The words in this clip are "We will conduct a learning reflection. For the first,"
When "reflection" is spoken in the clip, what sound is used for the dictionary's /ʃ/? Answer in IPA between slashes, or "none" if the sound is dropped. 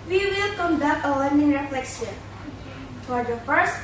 /s/